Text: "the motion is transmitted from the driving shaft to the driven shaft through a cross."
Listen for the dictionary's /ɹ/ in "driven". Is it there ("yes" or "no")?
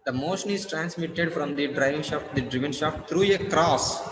yes